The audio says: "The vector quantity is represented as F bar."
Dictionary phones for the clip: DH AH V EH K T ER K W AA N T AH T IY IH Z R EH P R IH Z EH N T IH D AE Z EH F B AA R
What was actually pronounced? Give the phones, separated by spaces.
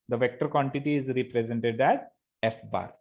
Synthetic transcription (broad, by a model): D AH V EH K T ER K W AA N T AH T IY IH Z R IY P R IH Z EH N T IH D AE Z EH F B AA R